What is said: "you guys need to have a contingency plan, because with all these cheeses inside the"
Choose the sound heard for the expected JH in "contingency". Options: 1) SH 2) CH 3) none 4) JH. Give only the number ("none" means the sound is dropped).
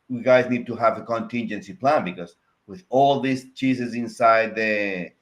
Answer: 4